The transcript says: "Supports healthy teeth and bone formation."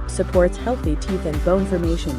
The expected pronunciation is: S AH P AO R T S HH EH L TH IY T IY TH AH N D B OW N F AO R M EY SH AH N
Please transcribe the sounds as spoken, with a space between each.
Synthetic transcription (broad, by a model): S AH P AO R T S HH EH L TH IY T IY TH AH N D B OW N F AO R M EY SH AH N